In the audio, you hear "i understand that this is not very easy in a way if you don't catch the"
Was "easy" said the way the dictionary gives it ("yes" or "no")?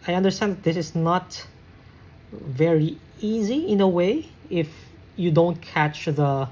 yes